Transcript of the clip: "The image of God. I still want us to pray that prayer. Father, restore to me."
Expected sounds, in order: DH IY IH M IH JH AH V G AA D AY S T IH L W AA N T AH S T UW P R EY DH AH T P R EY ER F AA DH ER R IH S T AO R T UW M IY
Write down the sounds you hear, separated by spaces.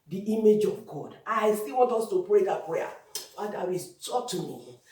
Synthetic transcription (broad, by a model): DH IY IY M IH JH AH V G AA D AY S T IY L W AA N T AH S T UW P R EY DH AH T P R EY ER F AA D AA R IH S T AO T UW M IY